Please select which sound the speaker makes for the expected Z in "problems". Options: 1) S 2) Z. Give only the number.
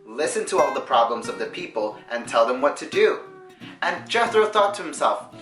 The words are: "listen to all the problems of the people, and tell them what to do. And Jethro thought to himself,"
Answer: 2